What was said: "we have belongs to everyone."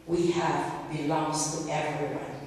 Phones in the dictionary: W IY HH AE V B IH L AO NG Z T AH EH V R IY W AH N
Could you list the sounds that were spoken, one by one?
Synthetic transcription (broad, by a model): W IY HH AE V B IH L AO NG Z T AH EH V R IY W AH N